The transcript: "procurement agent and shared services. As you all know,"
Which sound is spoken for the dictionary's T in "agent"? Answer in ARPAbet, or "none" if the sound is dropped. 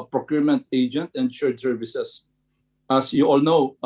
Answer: T